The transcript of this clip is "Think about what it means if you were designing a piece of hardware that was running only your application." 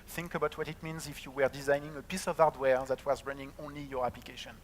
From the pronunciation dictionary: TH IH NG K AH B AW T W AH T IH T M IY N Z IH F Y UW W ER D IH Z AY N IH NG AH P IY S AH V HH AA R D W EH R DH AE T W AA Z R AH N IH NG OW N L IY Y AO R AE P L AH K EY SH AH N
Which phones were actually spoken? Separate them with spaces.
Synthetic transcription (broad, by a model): TH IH NG K AH B AW T W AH T IH T M IY N Z IH F Y UW W ER D IH Z AY N IH NG AH P IY S AH V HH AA R D W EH R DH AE T W AA Z R AH N IH NG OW N L IY Y AO R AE P L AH K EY SH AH N